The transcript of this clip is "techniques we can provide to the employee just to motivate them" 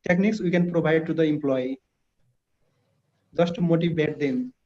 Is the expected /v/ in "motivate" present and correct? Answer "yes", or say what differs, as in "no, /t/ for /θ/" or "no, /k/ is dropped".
no, /b/ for /v/